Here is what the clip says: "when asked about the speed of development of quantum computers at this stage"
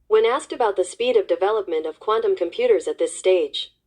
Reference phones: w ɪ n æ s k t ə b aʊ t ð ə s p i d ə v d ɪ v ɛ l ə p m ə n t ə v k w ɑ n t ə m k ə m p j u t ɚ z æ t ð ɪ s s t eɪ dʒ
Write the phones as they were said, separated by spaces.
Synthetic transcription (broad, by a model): w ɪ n æ s k t ə b aʊ t ð ə s p i d ə v d ɪ v ɛ l ə p m ə n t ə v k w ɑ n t ə m k ə m p j u t ɚ z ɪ t ð ɪ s s t eɪ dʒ